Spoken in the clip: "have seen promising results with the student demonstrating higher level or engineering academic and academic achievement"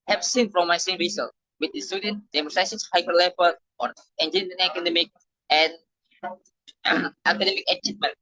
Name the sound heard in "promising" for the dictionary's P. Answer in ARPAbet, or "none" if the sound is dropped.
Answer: F